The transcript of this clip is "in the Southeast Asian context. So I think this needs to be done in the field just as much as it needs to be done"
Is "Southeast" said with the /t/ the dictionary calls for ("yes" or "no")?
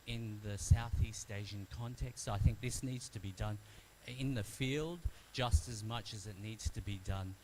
yes